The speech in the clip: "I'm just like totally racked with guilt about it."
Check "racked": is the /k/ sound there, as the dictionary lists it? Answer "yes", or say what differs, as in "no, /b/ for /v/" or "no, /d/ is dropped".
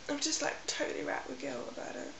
no, /k/ is dropped